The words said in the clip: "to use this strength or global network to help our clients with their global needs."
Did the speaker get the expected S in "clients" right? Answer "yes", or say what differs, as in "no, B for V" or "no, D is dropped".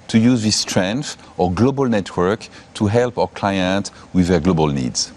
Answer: no, S is dropped